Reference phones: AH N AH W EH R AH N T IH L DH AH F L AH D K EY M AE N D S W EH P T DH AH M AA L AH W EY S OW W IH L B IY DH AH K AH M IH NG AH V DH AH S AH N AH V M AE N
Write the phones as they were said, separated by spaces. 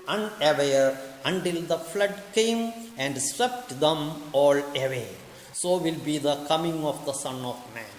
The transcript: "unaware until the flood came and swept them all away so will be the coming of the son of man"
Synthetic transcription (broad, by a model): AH N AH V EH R AH N T IH L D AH F L AH D K EY M AE N D S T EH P T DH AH M AA L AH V EY S OW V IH L B IY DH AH K AH M IH NG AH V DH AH S AH N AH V M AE N